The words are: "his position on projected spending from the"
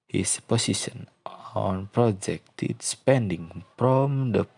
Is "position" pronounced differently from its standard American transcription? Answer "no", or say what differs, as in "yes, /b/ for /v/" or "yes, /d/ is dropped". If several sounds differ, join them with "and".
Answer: yes, /s/ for /z/